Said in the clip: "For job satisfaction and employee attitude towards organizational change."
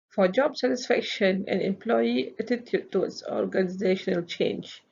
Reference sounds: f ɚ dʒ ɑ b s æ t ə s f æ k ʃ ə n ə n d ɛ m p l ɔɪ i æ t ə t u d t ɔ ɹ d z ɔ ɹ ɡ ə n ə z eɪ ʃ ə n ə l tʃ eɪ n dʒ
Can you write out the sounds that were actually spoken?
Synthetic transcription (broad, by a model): f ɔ dʒ ɑ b s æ t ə s f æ k ʃ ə n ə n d ɛ m p l ɔɪ i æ t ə t u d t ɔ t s ɔ ɹ ɡ ə n ə z eɪ ʃ ə n ə l tʃ eɪ n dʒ